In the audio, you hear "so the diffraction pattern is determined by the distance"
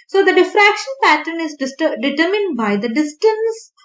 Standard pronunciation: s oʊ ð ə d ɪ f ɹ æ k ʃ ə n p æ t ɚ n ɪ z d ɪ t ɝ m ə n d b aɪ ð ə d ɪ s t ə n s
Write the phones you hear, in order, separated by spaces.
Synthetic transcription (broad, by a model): s oʊ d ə d ɪ f ɹ æ k ʃ ə n p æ t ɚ n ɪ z d ɪ t ɝ m ə n d b aɪ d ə d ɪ s t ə n s